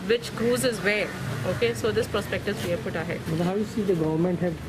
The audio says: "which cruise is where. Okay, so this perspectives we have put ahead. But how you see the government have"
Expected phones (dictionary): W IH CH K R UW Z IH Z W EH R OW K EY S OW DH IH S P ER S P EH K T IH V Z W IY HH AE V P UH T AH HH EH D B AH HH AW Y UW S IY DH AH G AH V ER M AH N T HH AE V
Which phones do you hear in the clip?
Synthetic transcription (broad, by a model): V IH CH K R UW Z IH Z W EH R OW K EY S OW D IH S P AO S P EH K T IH Z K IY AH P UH T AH HH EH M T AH HH AW Y UW S IY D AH G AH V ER M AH N T HH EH